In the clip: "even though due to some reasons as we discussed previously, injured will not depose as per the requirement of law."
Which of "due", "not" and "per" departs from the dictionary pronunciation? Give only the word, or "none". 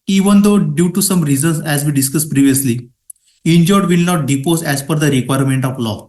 per